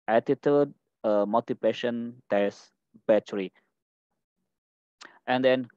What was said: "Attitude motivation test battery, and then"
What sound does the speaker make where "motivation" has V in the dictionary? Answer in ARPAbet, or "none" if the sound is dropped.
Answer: P